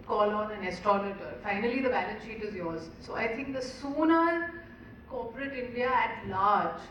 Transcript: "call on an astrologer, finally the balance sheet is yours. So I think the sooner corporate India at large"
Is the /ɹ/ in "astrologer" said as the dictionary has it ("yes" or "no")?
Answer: no